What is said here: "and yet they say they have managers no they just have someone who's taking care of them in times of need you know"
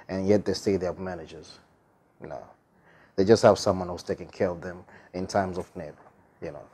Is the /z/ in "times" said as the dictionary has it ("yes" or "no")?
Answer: yes